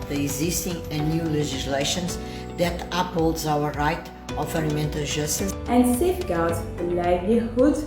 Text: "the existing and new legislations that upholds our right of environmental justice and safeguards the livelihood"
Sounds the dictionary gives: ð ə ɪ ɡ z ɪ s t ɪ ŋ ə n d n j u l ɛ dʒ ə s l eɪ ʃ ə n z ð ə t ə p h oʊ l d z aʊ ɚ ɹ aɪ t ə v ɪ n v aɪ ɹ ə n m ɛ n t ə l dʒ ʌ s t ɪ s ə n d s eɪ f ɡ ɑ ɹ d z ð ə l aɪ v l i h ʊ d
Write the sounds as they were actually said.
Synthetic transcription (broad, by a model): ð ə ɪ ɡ z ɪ s t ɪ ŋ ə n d n j u l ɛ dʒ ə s l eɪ ʃ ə n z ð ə t ə p h oʊ l d z aʊ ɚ ɹ aɪ t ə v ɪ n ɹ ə m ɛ n t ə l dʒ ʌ s t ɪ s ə n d s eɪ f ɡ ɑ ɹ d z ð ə l aɪ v l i h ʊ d